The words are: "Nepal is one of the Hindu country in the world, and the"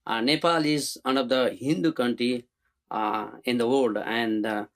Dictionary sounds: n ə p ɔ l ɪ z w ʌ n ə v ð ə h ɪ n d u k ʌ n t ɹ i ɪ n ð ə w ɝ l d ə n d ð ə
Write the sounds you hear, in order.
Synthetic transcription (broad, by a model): n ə p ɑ l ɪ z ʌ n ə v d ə h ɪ n d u k ʌ n t ɹ i ɪ n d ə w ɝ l d ə n d